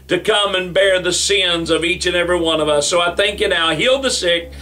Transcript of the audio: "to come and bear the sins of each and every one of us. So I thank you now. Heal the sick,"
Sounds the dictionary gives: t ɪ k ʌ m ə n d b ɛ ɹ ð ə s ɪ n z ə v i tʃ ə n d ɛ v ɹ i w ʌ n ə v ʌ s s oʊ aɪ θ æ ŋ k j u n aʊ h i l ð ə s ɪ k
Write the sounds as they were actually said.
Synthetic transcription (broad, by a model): t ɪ k ʌ m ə n b ɛ ɹ ð ə s ɪ n z ə v i tʃ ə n ɛ v ɹ i w ʌ n ə v ʌ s s oʊ aɪ θ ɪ ŋ k j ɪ n aʊ h i l ð ə s ɪ k